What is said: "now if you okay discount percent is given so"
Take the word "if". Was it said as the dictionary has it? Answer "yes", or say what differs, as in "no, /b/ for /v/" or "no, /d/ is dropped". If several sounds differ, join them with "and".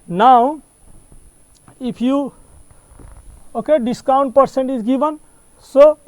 no, /p/ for /f/